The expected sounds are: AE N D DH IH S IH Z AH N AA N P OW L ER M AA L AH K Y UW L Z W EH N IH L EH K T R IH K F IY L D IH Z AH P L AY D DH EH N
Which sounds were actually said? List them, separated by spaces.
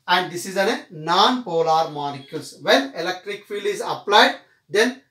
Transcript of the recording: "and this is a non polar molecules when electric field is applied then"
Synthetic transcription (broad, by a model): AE N D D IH S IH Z AH N AA N P OW L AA M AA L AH K Y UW L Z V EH N IH L EH K T R IH K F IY L IH Z AH P L AY D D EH N